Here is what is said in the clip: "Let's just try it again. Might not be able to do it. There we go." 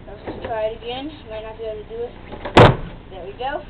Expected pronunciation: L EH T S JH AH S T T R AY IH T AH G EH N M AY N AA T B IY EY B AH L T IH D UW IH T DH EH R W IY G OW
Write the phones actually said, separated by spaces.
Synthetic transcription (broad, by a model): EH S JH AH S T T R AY IH T AH G EH N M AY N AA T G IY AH N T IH D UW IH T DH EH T W IY G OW